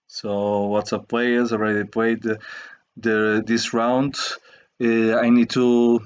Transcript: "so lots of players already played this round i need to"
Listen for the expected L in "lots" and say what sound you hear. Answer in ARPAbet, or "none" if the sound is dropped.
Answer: W